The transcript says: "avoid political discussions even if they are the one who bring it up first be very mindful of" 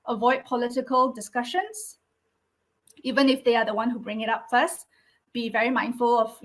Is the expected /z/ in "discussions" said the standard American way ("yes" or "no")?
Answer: no